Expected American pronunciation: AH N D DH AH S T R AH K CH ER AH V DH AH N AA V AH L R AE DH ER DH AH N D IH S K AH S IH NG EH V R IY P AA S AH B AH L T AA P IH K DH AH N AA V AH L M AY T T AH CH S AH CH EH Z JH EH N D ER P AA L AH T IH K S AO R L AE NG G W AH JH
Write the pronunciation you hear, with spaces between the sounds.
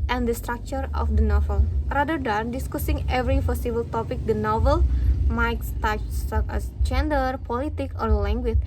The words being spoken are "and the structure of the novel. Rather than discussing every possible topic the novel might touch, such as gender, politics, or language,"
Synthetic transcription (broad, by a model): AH N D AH S T R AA K CH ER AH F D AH N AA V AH L R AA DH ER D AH N D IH S K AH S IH NG EH V R IY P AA S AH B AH L T AA P IH K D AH N AA V AH L M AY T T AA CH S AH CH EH S JH EH N D ER P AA L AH T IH K AO R L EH NG G W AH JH